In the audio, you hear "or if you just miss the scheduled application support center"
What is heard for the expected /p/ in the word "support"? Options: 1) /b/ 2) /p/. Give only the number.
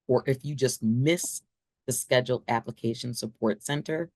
2